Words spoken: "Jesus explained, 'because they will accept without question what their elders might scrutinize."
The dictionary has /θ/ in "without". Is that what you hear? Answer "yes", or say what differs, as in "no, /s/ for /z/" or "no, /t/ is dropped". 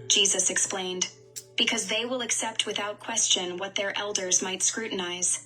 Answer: yes